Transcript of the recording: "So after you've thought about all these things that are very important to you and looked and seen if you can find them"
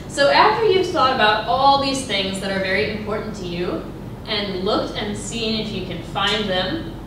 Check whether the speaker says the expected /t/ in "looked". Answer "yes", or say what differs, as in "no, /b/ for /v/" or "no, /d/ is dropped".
yes